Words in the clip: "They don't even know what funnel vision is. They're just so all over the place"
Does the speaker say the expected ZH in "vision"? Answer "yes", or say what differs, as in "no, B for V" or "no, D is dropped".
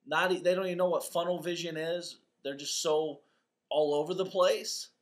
yes